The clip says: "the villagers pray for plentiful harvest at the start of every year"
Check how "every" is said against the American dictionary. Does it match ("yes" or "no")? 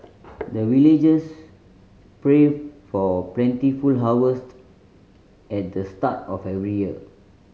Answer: yes